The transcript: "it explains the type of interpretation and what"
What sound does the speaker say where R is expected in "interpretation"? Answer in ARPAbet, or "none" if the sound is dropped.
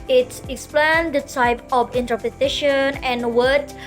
none